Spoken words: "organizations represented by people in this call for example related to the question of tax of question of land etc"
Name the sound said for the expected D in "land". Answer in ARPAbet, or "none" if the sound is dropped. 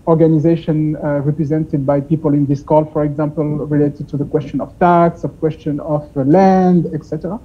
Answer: D